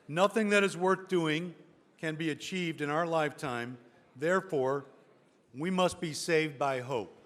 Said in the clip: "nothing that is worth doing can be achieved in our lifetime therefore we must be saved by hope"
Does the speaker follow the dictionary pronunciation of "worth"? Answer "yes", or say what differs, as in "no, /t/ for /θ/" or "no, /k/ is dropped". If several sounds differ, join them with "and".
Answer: yes